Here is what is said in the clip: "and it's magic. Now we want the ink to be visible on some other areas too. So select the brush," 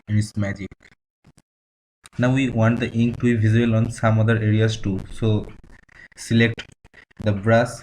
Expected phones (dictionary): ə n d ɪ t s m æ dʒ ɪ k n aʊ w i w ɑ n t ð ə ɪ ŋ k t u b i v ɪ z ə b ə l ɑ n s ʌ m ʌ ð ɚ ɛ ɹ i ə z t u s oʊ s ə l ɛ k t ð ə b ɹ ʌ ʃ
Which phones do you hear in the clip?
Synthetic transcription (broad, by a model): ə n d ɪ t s m æ dʒ ɪ k n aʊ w i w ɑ n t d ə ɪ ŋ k t u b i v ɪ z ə ə l ɑ n s ʌ m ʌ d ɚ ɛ ɹ i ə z t u s oʊ s ə l ɛ k t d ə b ɹ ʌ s